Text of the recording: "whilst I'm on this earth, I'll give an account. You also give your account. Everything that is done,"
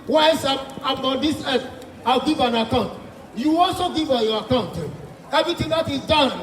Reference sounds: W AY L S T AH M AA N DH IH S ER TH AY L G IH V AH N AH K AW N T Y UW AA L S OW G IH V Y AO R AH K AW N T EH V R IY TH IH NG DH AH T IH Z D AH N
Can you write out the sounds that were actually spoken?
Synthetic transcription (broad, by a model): W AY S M AH M AA N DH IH S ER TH AY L G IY V AH N AH K AW N T Y UW AA L S OW G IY V Y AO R AH K AW N T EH V R IY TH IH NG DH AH T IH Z D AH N